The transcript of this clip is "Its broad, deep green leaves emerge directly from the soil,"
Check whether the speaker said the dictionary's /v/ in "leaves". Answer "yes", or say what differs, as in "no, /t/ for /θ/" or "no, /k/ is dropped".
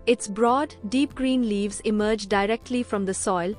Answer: yes